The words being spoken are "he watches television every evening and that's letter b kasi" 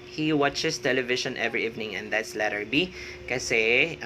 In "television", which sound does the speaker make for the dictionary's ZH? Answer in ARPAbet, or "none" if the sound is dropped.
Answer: SH